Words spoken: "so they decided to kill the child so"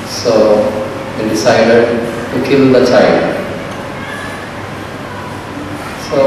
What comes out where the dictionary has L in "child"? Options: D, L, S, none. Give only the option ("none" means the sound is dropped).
none